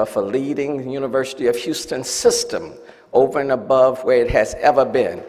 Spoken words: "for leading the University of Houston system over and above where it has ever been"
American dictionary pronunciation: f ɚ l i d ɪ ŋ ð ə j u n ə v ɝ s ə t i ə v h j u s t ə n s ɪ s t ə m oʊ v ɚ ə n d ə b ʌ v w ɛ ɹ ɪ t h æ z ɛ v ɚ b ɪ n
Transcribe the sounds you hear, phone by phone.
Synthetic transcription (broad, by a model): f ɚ l i d ɪ ŋ j u n ə v ɝ s ə t i ə v h j u s t ə n s ɪ s t ə m oʊ v ɚ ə n ə b ʌ v w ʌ ɹ ɪ t h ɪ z ɛ v ɚ b ɪ n